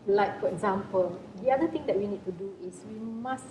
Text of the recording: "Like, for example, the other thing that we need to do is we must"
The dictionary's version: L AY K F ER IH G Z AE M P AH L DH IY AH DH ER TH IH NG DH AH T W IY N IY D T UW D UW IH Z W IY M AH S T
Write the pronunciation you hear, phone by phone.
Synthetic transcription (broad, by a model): L AY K F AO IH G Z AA M P AH L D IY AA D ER T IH NG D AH T W IY N IY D T UW D UW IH S W IY M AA S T